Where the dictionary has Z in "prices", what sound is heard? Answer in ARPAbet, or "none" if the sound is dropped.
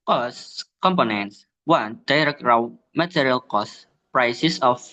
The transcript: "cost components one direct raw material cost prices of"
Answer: S